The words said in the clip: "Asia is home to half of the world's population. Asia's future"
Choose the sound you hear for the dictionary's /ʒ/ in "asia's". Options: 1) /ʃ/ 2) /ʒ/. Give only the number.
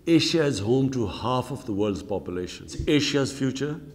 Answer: 1